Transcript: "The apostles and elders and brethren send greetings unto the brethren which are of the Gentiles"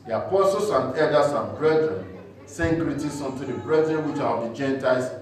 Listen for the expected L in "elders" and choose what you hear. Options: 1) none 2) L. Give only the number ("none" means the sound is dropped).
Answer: 1